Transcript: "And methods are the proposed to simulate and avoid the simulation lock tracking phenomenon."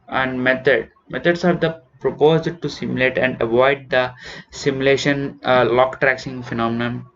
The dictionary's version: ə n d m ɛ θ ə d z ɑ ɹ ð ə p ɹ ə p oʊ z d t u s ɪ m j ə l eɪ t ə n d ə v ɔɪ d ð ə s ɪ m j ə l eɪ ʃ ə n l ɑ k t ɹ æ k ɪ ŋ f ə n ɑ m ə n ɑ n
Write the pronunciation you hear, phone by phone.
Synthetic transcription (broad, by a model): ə n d m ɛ t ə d s ɑ ɹ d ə p ɹ ə p oʊ z d t u s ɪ m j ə l eɪ t ə n d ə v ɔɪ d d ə s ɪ m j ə l eɪ ʃ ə n l ɑ k t ɹ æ k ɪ ŋ f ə n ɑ m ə n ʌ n